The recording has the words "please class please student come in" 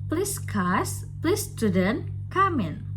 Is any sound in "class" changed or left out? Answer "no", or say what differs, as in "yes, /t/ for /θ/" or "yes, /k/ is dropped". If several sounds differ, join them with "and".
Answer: yes, /l/ is dropped